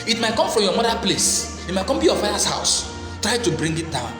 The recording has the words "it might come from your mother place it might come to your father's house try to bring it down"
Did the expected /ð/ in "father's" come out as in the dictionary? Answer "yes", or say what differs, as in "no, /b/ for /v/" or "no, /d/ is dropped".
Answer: no, /ð/ is dropped